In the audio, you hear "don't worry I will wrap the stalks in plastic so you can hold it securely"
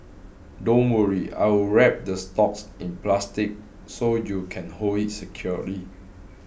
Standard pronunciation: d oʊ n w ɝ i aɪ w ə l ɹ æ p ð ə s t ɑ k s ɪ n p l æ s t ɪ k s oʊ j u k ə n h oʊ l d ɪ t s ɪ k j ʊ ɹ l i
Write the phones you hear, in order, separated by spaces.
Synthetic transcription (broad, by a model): d oʊ n w ɝ i aɪ w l ɹ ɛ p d ə s t ɑ k s ɪ n p l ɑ s t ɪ k s oʊ j u k ə n h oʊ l ɪ t s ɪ k j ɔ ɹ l i